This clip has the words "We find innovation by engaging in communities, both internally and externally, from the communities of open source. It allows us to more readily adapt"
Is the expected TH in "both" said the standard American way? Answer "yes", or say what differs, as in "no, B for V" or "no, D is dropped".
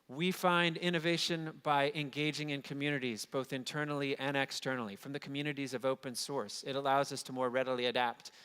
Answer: yes